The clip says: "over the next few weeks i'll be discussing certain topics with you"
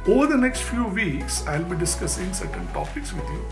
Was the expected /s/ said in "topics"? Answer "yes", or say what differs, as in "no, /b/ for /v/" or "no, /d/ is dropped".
yes